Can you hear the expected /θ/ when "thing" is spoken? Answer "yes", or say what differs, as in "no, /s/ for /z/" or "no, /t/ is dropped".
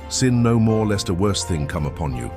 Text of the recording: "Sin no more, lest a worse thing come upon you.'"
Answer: yes